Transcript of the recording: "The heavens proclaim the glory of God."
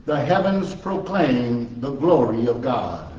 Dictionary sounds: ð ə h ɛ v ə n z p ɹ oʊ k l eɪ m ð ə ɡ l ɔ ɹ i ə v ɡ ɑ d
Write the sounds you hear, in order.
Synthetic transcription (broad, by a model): ð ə h ɛ v ə n z p ɹ oʊ k l eɪ m ð ə ɡ l ɔ ɹ i ə v ɡ ɑ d